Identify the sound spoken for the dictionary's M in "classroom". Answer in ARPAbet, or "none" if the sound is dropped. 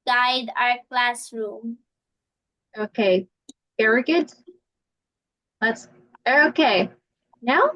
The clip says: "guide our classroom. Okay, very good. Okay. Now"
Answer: M